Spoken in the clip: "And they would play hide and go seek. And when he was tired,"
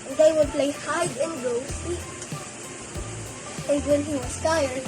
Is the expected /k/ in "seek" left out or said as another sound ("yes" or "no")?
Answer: yes